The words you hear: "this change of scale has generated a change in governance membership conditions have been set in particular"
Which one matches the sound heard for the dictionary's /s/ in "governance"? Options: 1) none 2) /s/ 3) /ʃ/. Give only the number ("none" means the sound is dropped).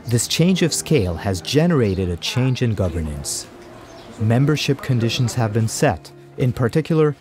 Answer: 2